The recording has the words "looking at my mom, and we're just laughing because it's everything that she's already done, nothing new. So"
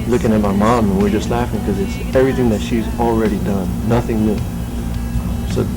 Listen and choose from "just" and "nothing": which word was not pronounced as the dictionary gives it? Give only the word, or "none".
none